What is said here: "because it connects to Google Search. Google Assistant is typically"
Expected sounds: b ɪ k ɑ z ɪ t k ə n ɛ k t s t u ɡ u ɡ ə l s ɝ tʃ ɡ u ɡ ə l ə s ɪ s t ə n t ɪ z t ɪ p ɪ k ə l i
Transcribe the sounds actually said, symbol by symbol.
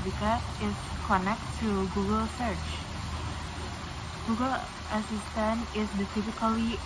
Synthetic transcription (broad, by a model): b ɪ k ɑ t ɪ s k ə n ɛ k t t u ɡ u ɡ ə l s ɝ tʃ ɡ u ɡ ə l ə s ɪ s t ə n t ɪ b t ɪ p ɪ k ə l i